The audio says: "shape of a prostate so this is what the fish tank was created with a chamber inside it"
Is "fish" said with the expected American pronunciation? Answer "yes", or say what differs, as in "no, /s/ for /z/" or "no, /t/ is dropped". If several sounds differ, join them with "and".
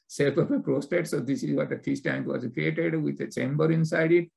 no, /s/ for /ʃ/